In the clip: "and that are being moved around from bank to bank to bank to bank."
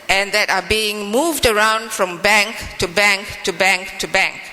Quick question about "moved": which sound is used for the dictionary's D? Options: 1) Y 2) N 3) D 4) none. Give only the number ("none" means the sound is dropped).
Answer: 3